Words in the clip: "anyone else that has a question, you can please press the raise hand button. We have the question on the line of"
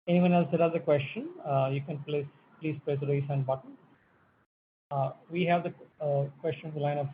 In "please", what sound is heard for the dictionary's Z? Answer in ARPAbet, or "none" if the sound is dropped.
S